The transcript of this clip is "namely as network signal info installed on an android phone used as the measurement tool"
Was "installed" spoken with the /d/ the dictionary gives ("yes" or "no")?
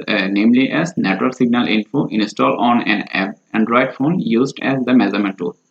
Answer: no